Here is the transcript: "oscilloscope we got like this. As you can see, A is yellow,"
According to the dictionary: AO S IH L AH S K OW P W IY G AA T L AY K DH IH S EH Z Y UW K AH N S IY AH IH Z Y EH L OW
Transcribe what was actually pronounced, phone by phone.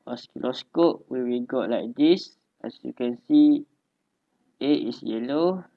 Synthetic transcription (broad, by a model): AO S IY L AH S K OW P W IY G AA T L AY K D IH S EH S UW K AH N S IY AH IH S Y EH L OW